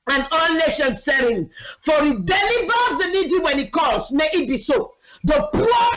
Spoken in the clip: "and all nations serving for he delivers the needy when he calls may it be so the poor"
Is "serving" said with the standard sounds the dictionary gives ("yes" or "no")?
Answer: no